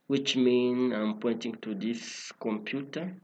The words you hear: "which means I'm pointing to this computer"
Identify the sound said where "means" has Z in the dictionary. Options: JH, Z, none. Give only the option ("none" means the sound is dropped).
none